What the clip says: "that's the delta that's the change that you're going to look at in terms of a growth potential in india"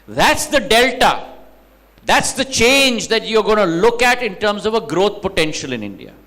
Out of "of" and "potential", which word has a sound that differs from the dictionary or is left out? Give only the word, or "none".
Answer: none